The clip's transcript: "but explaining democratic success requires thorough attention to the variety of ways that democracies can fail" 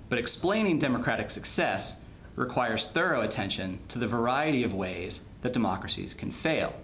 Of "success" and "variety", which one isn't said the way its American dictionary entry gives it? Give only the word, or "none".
none